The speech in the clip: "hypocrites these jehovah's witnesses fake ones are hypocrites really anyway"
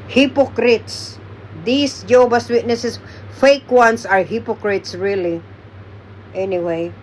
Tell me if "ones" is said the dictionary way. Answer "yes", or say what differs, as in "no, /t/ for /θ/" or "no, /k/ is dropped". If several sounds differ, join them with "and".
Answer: no, /s/ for /z/